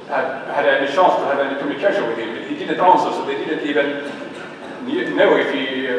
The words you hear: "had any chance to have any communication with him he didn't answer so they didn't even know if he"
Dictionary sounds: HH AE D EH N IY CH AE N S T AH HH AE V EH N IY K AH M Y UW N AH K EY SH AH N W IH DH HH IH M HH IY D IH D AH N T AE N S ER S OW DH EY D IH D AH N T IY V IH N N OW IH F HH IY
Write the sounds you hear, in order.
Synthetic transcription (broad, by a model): HH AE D EH N IY SH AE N S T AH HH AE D EH N IY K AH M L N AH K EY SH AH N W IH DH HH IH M HH IY D IH D AH N T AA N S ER S OW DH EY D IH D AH N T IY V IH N N OW IH F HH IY